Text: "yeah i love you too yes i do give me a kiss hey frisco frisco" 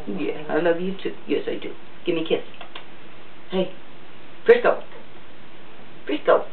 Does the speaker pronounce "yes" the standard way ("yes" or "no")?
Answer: yes